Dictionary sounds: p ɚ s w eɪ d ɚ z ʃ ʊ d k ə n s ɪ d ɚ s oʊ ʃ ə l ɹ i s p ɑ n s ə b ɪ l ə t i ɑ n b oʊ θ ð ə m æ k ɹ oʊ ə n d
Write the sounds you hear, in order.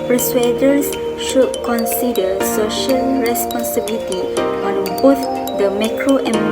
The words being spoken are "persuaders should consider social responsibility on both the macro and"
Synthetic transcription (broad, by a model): p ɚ s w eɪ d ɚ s ʃ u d k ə n s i d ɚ s oʊ ʃ ə l ɹ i s p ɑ n s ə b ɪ l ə t i ɑ n b oʊ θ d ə m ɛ k ɹ oʊ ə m